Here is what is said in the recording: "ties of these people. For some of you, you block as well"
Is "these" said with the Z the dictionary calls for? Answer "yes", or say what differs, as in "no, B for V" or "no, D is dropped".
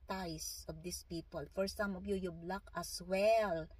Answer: no, S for Z